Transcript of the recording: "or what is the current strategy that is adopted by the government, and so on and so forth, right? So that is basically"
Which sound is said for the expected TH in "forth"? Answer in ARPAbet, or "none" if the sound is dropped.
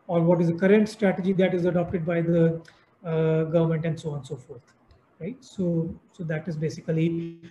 T